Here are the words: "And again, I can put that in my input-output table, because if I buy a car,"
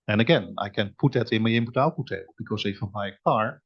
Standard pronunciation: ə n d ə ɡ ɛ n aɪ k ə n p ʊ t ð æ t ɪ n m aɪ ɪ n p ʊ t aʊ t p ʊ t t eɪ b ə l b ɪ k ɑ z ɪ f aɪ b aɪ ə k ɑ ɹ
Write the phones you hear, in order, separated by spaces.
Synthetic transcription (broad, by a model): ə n ə ɡ ɛ n aɪ k ə n p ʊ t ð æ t ɪ n m aɪ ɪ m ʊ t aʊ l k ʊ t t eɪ ə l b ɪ k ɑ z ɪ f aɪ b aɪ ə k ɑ ɹ